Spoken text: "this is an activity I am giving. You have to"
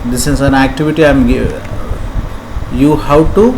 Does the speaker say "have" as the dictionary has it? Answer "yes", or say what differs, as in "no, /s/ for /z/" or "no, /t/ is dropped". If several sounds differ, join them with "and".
no, /w/ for /v/